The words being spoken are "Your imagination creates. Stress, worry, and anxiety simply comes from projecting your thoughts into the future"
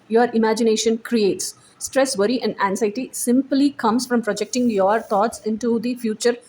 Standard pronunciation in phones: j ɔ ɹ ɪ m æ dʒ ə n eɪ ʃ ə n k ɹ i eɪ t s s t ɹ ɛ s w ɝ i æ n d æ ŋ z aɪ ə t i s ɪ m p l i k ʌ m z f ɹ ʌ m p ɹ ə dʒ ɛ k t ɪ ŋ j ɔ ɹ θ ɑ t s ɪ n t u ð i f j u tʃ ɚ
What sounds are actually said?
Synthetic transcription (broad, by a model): j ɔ ɹ ɪ m æ dʒ ə n eɪ ʃ ə n k ɹ i eɪ t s s t ɹ ɛ s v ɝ i æ n d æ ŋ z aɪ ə t i s ɪ m p l i k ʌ m s f ɹ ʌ m p ɹ ə dʒ ɛ k t ɪ ŋ j ɔ ɹ t ɑ t s ɪ n t u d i f j u tʃ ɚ